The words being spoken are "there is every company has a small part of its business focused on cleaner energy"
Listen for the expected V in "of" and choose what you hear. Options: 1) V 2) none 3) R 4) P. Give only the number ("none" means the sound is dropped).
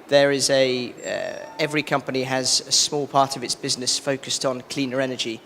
1